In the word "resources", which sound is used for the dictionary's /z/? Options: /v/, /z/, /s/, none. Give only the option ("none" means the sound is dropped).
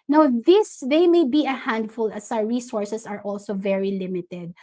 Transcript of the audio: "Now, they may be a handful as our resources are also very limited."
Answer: /s/